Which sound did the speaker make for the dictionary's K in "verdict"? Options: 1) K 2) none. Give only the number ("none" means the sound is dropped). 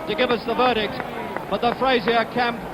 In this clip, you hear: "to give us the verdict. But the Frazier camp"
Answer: 1